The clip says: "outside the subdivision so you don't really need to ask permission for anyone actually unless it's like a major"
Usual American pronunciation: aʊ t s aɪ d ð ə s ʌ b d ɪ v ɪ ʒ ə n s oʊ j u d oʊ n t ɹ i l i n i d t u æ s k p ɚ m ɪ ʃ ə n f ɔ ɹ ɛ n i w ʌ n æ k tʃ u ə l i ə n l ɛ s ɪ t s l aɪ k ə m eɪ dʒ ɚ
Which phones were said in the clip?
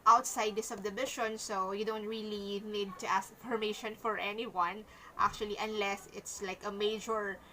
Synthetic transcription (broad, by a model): aʊ t s aɪ d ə s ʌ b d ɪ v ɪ ʃ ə n s oʊ j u d oʊ n t ɹ i l i n i d t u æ s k f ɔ m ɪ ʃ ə n f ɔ ɹ ɛ n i w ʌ n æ k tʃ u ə l i ə n l ɛ s ɪ t s l aɪ k ə m eɪ dʒ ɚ